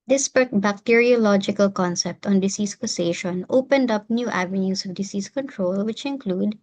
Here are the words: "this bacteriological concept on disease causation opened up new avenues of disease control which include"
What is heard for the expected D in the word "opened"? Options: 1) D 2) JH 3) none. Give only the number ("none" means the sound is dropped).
1